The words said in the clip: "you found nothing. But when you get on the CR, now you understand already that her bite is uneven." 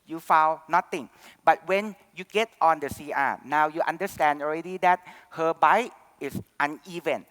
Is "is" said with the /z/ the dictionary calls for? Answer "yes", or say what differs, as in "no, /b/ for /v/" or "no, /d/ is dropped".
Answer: no, /s/ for /z/